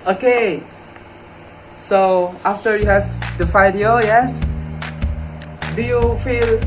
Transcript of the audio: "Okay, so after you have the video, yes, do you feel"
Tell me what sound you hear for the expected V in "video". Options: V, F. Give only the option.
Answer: F